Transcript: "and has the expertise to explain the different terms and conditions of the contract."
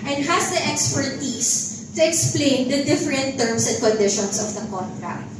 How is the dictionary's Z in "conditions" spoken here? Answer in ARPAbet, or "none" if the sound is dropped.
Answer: S